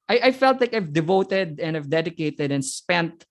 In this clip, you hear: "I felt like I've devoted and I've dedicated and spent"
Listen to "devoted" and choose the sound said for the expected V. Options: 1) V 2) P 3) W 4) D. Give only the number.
1